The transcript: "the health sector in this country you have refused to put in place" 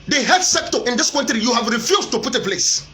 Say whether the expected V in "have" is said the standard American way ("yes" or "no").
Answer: yes